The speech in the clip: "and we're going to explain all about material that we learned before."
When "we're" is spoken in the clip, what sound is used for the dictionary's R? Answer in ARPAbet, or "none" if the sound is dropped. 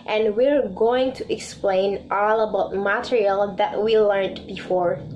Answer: R